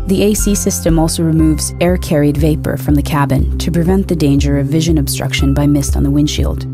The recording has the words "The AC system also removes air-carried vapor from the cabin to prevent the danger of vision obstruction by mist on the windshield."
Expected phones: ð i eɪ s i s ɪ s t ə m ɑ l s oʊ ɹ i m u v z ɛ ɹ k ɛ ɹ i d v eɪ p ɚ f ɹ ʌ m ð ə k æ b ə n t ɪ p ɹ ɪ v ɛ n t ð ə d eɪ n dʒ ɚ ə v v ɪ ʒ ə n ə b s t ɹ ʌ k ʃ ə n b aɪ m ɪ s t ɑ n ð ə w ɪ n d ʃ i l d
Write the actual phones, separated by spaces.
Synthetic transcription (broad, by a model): ð i eɪ s i s ɪ s t ə m ɑ l s oʊ ɹ i m u v z ɛ ɹ k ɛ ɹ i d v eɪ p ɚ f ɹ ʌ m ð ə k æ b ə n t ɪ p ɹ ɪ v ɛ n ð ə d eɪ n dʒ ɚ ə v v ɪ ʒ ə n ə b s t ɹ ʌ k ʃ ə n b aɪ m ɪ s t n ð ə w ɪ n ʃ i l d